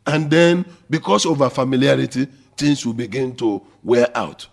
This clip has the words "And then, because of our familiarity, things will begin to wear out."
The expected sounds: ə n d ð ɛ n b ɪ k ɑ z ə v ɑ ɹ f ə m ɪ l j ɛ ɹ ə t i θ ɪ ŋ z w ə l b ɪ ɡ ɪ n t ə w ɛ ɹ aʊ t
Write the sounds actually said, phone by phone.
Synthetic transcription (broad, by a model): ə n d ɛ n b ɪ k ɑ s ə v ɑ f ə m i l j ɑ ɹ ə t i t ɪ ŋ s w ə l b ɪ ɡ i n t ə w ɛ aʊ t